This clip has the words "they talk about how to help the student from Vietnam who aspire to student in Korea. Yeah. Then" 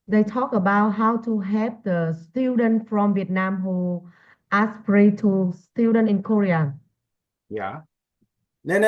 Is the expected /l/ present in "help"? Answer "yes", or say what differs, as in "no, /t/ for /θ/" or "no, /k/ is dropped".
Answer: no, /l/ is dropped